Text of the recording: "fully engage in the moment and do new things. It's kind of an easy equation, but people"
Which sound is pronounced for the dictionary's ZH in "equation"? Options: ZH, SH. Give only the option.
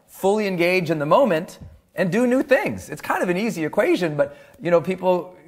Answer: ZH